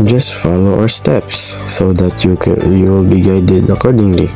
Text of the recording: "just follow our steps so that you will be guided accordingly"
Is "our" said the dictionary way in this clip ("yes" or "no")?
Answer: no